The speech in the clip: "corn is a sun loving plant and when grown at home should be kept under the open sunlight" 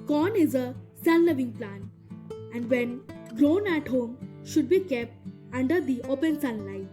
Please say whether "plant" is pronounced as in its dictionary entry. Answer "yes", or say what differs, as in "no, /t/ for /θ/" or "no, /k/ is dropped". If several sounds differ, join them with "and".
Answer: no, /t/ is dropped